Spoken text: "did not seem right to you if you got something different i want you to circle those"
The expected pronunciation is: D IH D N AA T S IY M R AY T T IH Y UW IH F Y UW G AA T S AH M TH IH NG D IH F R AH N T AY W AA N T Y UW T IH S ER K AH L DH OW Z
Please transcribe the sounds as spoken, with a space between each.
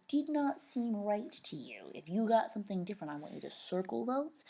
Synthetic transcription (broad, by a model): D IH D N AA T S IY M R AY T T IH Y UW IH F Y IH G AA T S AH M TH IH NG D IH F R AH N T AY W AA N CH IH T IH S ER K L DH OW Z